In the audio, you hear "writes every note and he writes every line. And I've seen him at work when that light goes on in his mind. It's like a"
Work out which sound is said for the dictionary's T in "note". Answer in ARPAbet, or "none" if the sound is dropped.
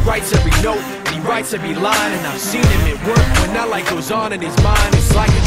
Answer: none